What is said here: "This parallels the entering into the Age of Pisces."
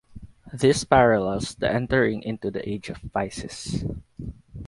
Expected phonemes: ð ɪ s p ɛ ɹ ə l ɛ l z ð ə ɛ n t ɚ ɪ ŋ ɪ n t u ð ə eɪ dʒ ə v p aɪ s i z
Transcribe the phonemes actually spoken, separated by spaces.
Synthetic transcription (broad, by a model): ð ɪ s p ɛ ɹ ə l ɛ l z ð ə ɛ n t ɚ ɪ ŋ ɪ n t u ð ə eɪ dʒ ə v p aɪ s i s